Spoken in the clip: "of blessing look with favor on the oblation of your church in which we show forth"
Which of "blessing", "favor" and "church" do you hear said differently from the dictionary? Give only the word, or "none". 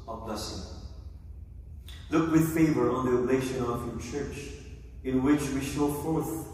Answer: none